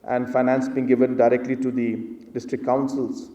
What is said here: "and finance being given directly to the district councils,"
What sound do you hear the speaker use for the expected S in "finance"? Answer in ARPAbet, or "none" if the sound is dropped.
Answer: S